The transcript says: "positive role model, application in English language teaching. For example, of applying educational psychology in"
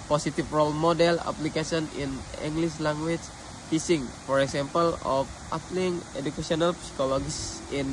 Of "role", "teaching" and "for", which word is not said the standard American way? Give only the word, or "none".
teaching